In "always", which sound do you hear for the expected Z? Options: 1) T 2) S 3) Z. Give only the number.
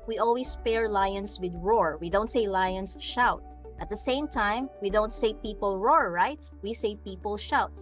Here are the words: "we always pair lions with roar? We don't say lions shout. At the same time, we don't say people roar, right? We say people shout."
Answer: 2